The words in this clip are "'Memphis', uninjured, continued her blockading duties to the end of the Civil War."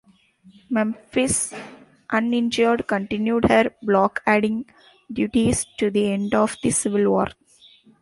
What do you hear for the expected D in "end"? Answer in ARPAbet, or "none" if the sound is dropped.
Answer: D